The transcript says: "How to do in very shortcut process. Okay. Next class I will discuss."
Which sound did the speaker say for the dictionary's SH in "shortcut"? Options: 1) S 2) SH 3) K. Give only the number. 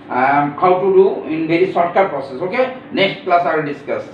1